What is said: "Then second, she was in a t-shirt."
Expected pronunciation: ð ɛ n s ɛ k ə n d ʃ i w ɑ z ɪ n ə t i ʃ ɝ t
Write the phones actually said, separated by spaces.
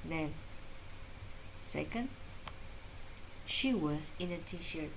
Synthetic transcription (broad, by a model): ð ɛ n s ɛ k ə n d ʃ i w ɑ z ɪ n ə t i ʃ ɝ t